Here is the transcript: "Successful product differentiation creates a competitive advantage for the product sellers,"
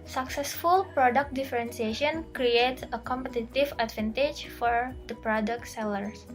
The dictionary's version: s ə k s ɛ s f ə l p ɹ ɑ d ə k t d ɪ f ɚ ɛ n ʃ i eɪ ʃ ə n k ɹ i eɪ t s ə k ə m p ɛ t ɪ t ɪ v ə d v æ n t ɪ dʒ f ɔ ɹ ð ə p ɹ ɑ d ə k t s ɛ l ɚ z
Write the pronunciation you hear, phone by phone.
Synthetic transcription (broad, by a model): s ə k s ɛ s f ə l p ɹ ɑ d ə k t d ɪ f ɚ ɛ n s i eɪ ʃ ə n k ɹ i eɪ t s ə k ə m p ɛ t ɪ t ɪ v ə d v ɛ n t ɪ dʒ f ɔ ɹ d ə p ɹ ɑ d ə k t s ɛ l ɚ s